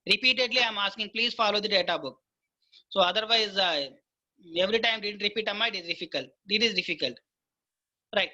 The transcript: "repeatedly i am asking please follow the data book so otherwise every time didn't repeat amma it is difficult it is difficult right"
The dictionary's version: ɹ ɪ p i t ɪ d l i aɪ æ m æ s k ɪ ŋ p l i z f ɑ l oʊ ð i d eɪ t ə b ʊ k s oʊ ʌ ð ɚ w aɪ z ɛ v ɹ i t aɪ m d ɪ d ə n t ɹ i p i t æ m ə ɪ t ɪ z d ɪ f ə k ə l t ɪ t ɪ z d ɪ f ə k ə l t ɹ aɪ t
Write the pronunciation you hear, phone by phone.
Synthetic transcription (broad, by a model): ɹ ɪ p i t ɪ d l i aɪ m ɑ s k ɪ ŋ p l i z f ɑ l oʊ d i d eɪ t ə b ʊ k s oʊ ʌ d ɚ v aɪ z ɛ v ɹ i t aɪ m d ɪ d ə n t ɹ i p i t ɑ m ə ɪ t ɪ z d ɪ f ə k ə l t ɪ t ɪ z d ɪ f ə k ə l t ɹ aɪ t